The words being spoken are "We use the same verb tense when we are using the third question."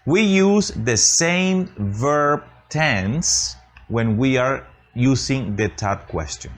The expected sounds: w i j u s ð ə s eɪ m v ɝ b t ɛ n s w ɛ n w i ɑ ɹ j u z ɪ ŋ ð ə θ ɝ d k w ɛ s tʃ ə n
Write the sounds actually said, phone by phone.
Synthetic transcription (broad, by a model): w i j u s ð ə s eɪ m v ɝ b t ɛ n s w ɛ n w i ɑ ɹ j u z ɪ ŋ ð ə t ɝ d k w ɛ s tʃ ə n